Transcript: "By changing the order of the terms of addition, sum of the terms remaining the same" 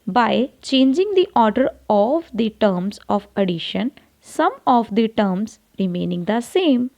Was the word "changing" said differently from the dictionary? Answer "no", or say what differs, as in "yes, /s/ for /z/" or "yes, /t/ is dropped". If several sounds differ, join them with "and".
no